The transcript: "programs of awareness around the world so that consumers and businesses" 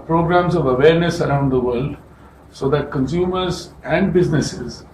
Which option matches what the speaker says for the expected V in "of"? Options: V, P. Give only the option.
V